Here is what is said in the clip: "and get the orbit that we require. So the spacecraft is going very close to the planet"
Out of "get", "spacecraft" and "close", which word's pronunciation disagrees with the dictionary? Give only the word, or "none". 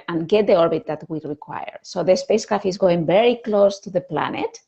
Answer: spacecraft